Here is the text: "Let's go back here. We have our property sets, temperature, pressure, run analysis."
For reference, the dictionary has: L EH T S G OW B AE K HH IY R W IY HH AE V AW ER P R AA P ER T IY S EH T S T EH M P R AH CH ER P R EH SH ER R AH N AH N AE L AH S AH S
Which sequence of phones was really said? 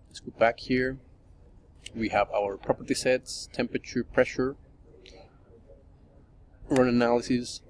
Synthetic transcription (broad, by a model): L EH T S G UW B AE K HH IY R W IY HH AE V AW ER P R AA P ER T IY S EH T S T EH M P R AH CH ER P R EH SH ER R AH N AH N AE L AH S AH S